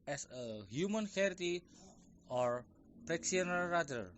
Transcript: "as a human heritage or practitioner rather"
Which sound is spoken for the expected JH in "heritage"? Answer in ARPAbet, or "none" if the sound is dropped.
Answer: none